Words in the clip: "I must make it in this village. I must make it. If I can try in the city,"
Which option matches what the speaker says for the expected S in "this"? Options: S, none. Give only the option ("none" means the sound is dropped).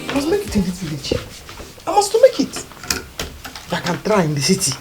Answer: none